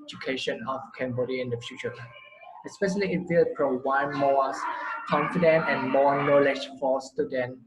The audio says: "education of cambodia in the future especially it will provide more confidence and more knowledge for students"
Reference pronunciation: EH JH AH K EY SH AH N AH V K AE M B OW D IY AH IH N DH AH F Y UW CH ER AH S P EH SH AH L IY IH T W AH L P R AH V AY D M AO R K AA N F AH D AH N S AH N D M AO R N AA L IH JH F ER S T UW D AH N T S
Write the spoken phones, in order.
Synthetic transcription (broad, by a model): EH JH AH K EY SH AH N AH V K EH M B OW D IY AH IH N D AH F Y UW CH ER AH S P EH SH AH L IY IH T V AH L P R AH W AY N M AO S K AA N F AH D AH N AH N M AO N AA L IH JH F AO S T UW D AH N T